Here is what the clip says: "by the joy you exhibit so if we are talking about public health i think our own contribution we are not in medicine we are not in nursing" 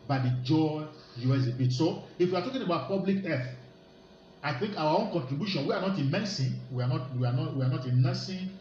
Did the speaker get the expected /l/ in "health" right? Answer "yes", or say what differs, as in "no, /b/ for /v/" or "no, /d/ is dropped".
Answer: no, /l/ is dropped